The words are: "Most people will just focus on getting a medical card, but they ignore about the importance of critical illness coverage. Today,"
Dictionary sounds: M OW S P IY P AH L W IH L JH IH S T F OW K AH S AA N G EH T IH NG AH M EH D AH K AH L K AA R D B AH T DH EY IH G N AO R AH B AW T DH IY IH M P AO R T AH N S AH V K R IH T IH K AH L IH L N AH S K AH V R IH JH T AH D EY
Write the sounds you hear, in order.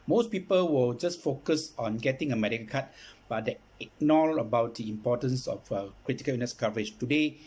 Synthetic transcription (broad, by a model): M OW S P IY P AH L W IH L JH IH S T F OW K AH S AA N G EH T IH NG AH M EH D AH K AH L K AA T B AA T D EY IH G N AO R AH B AW T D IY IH M P AO T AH N S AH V K R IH T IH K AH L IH N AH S K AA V R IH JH T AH D EY